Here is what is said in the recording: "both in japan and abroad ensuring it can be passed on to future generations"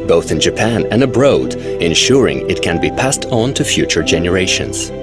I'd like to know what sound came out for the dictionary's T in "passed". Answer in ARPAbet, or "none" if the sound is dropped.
T